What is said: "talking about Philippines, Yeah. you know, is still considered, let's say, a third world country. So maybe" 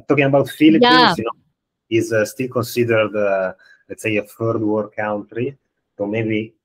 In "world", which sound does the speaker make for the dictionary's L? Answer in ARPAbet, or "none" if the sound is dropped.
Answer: none